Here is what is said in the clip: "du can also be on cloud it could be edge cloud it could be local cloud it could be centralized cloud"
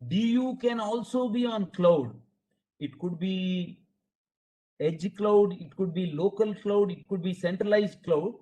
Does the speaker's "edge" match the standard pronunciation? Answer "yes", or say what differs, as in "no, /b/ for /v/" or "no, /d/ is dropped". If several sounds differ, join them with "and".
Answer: yes